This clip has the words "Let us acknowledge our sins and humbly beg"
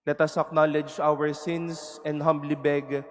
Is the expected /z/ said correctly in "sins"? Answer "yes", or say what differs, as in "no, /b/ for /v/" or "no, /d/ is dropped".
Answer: no, /s/ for /z/